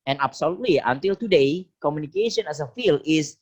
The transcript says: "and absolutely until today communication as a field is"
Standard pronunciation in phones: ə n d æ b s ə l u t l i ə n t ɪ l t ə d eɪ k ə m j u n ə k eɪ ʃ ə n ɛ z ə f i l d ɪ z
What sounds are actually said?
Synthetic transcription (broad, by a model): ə n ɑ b s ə l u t l i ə n t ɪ l t ə d eɪ k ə m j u n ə k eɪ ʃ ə n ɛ s ə f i l ɪ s